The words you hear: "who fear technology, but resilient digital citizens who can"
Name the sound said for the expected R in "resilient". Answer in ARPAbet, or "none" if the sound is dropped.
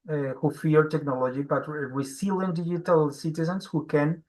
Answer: W